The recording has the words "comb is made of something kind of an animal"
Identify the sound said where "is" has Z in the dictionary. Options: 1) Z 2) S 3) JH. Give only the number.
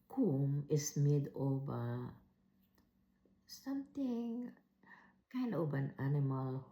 2